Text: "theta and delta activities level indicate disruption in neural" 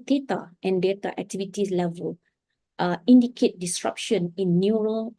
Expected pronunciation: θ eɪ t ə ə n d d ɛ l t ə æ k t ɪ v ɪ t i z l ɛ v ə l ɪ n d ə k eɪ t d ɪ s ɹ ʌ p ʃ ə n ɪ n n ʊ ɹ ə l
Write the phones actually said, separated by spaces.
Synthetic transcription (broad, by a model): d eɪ t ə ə n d d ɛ t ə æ k t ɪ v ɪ t i s l ɛ v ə l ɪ n d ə k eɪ t d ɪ s ɹ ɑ p ʃ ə n ɪ n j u ɹ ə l